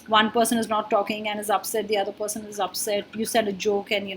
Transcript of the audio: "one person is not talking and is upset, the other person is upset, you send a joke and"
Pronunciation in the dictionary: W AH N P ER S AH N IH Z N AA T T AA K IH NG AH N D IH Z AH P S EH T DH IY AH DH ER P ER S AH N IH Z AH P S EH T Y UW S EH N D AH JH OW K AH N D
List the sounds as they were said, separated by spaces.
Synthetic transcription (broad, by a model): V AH N P ER S AH N IH Z N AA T T AA K IH NG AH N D IH Z AH P S EH T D IY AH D ER P ER S AH N IH Z AH P S EH T Y UW S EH D AH JH OW K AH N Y